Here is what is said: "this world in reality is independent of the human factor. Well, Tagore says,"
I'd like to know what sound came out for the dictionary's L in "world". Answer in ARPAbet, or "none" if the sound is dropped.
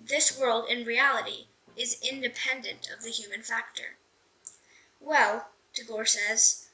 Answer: L